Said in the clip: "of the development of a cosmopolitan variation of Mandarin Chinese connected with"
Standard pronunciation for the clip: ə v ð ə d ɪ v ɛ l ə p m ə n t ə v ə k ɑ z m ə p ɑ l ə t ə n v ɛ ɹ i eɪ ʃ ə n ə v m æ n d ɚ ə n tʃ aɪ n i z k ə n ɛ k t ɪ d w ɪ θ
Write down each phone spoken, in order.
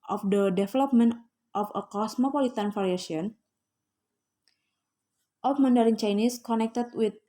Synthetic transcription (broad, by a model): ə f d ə d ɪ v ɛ l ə p m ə n t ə f ə k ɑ s m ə p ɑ l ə t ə n f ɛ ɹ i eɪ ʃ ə n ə f m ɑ n d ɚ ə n tʃ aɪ n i s k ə n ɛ k t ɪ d w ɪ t